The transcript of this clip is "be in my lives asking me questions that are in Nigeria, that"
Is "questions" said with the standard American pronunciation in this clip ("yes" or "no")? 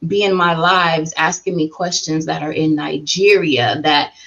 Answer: yes